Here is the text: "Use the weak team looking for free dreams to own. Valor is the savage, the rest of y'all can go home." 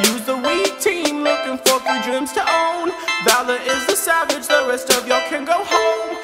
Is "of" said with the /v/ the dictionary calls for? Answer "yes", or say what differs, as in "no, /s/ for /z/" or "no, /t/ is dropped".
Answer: yes